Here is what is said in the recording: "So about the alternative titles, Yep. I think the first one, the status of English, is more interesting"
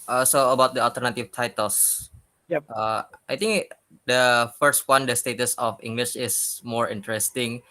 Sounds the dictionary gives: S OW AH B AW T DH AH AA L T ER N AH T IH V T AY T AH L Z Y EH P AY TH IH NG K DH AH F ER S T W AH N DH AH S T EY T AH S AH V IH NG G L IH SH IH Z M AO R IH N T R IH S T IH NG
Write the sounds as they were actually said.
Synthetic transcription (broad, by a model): S OW AH B AW T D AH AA L T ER N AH T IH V T AY T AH L S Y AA AY T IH NG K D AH F ER S T W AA N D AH S T EY T AH S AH F IH NG G L IH SH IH S M AO R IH N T R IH S T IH NG